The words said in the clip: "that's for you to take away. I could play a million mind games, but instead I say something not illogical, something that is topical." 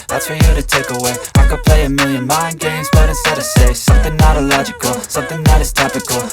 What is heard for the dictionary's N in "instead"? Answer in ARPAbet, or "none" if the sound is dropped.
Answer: none